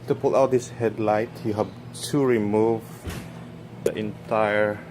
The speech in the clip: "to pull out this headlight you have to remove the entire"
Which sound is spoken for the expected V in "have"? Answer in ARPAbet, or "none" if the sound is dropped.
B